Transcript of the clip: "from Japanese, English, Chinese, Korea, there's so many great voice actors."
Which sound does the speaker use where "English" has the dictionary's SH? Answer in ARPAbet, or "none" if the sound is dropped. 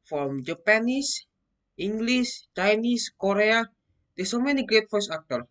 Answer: S